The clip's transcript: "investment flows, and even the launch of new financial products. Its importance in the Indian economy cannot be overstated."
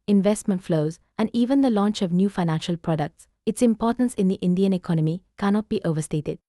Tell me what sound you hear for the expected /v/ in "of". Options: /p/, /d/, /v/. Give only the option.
/v/